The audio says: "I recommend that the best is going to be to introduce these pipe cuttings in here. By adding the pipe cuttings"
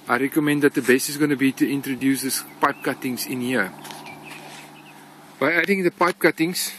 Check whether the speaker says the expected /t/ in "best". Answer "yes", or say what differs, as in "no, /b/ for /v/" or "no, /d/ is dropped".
no, /t/ is dropped